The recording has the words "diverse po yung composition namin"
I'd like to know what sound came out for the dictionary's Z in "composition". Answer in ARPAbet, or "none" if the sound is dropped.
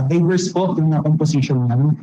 S